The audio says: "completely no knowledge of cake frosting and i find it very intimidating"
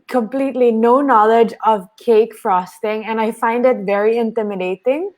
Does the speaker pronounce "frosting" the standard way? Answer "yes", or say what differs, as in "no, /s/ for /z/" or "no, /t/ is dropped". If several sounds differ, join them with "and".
yes